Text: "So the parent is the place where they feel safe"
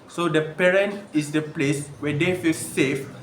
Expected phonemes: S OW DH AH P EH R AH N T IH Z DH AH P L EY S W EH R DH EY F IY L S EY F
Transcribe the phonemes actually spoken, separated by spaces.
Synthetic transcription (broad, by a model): S OW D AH P EH R AH N T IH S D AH P L EY S W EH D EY F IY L S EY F